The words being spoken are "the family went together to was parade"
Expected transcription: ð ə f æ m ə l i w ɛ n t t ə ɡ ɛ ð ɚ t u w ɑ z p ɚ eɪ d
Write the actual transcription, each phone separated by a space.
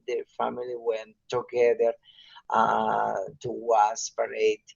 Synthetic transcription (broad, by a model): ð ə f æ m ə l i w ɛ n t t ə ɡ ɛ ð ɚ t u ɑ s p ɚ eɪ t